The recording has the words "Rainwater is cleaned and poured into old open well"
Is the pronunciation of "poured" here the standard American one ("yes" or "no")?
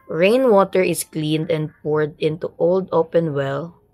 yes